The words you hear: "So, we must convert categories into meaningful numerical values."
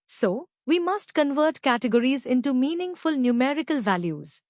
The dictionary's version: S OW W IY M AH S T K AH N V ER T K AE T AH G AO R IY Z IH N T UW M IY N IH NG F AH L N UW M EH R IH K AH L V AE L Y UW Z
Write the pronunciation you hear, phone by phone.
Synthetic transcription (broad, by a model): S OW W IY M AH S T K AH N V ER T K AE T AH G AO R IY Z IH N T UW M IY N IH NG F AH L N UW M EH R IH K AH L V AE L Y UW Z